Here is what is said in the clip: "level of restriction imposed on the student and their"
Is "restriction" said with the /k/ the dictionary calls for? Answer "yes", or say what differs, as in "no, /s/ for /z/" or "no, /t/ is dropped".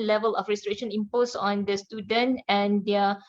no, /k/ is dropped